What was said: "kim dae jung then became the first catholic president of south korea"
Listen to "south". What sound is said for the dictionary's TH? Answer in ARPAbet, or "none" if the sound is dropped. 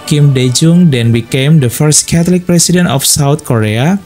T